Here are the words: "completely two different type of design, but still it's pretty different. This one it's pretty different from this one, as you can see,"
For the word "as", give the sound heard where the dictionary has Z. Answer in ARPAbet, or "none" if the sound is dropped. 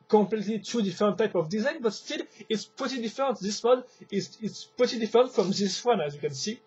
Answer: Z